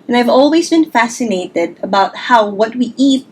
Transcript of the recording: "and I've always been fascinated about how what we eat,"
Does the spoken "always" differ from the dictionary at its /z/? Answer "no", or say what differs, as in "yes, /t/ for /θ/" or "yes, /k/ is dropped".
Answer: no